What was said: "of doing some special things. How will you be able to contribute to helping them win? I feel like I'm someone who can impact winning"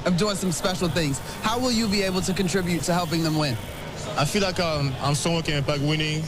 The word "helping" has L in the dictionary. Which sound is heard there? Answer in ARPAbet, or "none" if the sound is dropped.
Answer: L